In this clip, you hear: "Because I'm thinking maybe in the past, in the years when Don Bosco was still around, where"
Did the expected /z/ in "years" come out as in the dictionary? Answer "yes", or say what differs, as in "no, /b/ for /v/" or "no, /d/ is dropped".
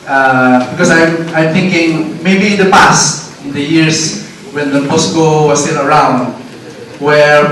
no, /s/ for /z/